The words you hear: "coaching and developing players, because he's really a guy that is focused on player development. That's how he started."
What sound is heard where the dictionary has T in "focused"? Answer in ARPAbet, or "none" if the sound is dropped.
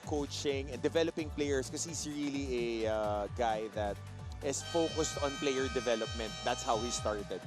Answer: T